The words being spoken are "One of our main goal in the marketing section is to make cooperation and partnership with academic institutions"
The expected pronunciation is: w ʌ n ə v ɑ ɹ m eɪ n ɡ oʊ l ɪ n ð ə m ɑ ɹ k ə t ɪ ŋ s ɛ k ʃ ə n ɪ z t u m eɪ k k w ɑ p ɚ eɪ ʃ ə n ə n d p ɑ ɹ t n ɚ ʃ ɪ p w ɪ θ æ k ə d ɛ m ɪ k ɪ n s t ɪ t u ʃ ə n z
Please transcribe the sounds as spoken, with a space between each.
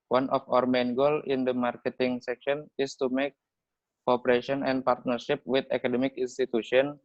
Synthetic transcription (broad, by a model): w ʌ n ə f ɑ ɹ m eɪ n ɡ oʊ l ɪ n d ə m ɑ ɹ k ə t ɪ ŋ s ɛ k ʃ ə n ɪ s t u m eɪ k k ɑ p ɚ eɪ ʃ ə n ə n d p ɑ ɹ t n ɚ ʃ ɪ p w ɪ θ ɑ k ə d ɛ m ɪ k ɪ n s t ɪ t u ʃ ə n